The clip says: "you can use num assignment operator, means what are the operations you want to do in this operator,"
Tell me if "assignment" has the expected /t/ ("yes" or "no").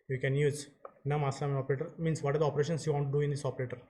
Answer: no